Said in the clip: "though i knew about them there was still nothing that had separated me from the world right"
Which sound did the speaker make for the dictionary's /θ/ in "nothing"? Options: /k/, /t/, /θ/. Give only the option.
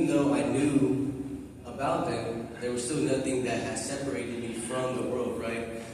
/θ/